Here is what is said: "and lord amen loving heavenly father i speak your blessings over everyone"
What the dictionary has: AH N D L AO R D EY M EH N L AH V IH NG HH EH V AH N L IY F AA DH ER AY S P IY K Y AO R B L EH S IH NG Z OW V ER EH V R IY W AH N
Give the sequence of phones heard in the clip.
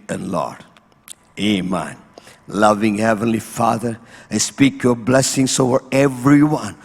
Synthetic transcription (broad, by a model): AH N L AO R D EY M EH N L AH V IH NG HH EH V AH N L IY F AA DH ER AY S P IY K Y AO R B L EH S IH NG S OW V ER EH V R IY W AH N